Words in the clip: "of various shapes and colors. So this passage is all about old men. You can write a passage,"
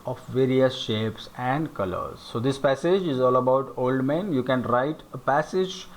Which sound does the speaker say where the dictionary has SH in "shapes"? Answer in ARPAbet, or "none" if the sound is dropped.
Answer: SH